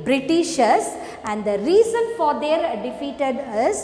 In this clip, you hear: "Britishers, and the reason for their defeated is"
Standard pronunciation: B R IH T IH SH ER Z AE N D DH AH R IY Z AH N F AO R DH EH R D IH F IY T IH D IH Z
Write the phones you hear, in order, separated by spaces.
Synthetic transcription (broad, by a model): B R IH T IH SH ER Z AE N D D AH R IY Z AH N F AO R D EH R D IH F IY T IH D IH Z